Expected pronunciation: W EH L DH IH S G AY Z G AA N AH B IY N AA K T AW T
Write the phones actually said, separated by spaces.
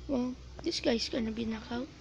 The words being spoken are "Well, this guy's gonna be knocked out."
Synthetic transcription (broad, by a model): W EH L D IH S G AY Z G AA N AH B IY N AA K AW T